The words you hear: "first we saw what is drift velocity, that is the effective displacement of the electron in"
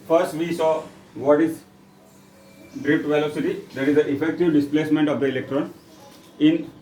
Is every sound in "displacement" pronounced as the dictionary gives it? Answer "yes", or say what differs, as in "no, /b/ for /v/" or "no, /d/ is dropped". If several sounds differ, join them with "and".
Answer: yes